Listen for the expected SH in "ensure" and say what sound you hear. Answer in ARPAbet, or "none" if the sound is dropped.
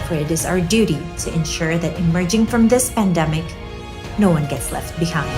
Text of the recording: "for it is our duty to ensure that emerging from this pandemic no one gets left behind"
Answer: SH